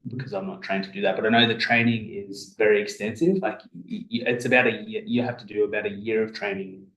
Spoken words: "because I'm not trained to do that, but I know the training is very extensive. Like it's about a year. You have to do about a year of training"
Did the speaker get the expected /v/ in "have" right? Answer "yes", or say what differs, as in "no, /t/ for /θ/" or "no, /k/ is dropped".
no, /f/ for /v/